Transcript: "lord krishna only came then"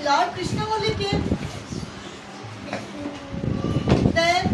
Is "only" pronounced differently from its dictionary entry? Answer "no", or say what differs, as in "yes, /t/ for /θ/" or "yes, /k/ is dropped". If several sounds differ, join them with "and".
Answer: yes, /n/ is dropped